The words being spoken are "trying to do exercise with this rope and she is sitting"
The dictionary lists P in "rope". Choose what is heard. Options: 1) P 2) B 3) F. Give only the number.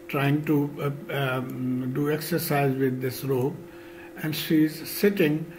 2